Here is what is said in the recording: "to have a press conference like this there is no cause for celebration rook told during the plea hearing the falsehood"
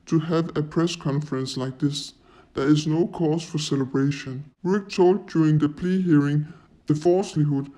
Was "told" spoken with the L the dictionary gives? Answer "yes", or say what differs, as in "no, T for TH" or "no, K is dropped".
yes